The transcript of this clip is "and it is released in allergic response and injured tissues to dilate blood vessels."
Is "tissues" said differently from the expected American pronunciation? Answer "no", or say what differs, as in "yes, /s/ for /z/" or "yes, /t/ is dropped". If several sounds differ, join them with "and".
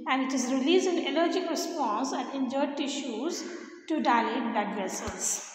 no